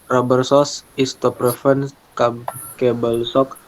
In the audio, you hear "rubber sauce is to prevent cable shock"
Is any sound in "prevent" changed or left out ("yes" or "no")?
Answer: yes